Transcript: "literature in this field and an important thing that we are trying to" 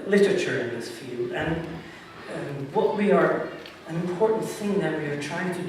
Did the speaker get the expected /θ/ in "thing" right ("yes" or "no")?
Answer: yes